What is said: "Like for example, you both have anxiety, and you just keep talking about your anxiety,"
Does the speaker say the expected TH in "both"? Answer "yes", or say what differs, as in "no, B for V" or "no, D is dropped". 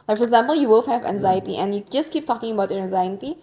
no, F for TH